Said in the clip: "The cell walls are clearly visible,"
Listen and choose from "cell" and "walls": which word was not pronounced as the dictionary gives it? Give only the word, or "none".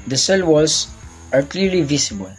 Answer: walls